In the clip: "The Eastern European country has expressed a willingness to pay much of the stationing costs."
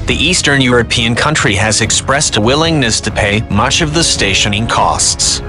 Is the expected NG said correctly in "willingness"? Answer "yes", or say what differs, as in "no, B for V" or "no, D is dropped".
yes